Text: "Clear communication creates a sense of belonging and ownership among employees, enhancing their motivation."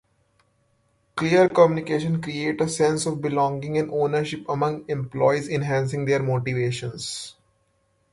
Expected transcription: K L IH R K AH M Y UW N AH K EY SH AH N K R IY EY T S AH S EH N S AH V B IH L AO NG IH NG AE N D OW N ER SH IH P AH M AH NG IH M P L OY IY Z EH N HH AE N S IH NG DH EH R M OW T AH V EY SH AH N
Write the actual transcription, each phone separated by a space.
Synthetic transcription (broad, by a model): K L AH R K AH M Y UW N AH K EY SH AH N K R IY EY T AH S EH N S AH V B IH L AO NG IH NG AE N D OW N ER SH IH P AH M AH NG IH M P L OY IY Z EH N HH AE N S IH NG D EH R M OW T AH V EY SH AH N